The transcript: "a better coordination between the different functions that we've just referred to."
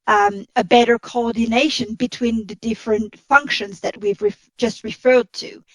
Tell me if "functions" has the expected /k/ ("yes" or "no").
yes